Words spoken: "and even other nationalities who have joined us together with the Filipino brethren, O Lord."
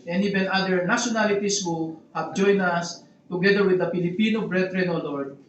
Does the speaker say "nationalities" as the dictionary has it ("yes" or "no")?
no